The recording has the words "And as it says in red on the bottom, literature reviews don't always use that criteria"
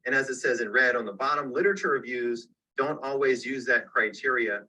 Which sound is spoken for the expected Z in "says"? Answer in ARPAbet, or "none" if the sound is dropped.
Z